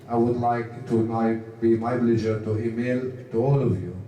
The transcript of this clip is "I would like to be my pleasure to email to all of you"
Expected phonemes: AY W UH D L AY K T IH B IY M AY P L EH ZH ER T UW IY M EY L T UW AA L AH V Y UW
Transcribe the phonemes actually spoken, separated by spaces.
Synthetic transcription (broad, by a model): AY W UH D L AY K T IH B IY M AY B L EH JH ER T UW IY M EY L T UW AA L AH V Y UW